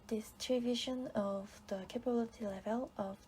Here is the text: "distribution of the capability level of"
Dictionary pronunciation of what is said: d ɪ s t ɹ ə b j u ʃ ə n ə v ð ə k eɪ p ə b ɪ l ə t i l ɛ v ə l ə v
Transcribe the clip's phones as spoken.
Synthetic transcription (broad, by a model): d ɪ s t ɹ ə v j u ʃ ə n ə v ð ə k eɪ p ə b ɪ l ə t i l ɛ v ə l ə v